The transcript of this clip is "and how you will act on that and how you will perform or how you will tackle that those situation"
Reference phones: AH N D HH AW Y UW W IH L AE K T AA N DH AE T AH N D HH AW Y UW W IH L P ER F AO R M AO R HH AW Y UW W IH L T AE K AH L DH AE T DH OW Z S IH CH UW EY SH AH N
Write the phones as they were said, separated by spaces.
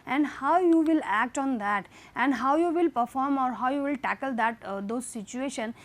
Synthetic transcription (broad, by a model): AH N D HH AW Y UW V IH L AE K T AA N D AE T AH N D HH AW Y UW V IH L P ER F AO R M AO R HH AW Y UW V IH L T AE K AH L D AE T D OW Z S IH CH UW EY SH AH N